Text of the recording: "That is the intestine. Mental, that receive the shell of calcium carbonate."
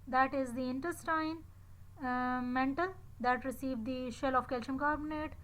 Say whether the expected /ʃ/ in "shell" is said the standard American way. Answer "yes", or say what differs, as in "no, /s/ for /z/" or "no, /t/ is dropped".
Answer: yes